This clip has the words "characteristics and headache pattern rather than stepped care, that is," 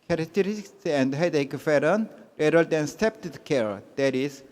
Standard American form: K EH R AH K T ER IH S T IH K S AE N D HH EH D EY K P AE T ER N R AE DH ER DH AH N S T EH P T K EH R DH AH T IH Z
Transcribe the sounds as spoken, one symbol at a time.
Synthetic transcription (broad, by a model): K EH R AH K T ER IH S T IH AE N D HH EH D EY K F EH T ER N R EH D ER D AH N S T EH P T K EH R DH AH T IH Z